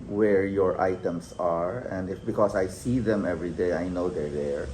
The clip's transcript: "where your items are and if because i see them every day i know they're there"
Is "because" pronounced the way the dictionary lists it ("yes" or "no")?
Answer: no